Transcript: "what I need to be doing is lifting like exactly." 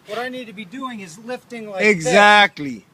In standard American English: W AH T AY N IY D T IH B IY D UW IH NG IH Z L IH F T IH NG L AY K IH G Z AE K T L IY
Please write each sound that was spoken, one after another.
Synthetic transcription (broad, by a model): W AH T AY N IY D T IH B IY D UW IH NG IH Z L IH F T IH NG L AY IH G Z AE K T L IY